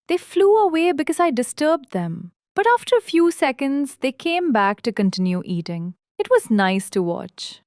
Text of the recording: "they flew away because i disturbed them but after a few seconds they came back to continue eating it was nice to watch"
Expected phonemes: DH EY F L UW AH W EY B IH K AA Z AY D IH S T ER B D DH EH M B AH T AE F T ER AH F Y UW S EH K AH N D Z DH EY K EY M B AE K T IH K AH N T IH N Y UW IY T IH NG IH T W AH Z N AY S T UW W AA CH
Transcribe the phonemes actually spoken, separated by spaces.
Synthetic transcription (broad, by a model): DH EY F L UW AH W EY B IH K AA Z AY D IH S T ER B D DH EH M B AH T AE F T ER AH F Y UW S EH K AH N D Z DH EY K EY M B AE K T IH K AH N T IH N Y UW IY T IH NG IH T W AH Z N AY S T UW W AA CH